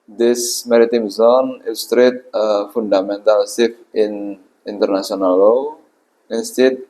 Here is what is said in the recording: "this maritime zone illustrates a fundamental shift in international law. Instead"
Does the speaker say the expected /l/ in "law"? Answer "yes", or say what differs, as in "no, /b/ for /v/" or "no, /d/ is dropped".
yes